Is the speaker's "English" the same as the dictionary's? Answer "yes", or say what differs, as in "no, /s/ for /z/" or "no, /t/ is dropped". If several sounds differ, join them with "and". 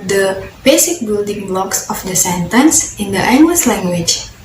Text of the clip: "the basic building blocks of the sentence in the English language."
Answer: no, /s/ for /ʃ/